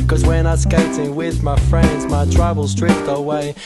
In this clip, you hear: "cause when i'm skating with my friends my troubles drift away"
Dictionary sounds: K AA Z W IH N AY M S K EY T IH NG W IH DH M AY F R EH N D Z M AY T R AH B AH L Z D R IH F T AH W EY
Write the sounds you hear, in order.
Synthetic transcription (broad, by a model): K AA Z W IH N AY S K EY T IH NG W IH DH M AY F R EH N D Z M AY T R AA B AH L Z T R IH P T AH W EY